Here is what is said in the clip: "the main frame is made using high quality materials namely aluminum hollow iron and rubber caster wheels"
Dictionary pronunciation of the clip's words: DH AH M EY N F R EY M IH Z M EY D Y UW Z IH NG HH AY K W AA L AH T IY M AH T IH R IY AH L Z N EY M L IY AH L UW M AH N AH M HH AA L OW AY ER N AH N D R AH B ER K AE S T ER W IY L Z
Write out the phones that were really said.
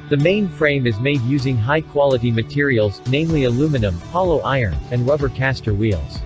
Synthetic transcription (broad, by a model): DH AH M EY N F R EY M IH Z M EY D Y UW Z IH NG HH AY K W AA L AH T IY M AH T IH R IY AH L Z N EY M L IY AH L UW M AH N AH M HH AA L OW AY ER N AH N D R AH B ER K AE S T ER W IY L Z